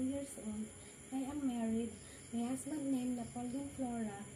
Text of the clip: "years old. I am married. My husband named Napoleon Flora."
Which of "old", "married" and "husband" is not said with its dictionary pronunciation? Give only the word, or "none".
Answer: husband